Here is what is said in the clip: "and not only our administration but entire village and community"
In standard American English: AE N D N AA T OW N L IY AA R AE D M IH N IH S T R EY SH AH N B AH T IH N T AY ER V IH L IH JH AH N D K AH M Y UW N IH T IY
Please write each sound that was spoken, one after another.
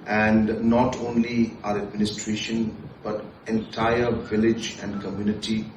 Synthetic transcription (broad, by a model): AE N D N AA T OW N L IY AA R AE D M IH N IH S T R EY SH AH N B AH T IH N T AY ER V IH L IH JH AH N D K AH M Y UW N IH T IY